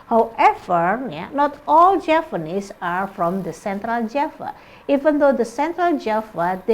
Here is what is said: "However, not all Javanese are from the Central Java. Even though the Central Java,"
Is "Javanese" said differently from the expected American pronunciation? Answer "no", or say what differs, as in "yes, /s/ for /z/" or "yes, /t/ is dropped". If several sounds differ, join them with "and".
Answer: yes, /p/ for /v/ and /s/ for /z/